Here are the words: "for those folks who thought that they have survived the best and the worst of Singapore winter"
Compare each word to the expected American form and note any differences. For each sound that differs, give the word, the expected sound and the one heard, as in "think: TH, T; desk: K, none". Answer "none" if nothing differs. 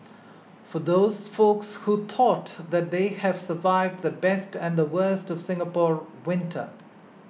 thought: TH, T